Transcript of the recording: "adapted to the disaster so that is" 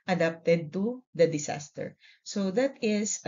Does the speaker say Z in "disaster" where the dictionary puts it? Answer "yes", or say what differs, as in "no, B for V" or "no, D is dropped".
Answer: no, S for Z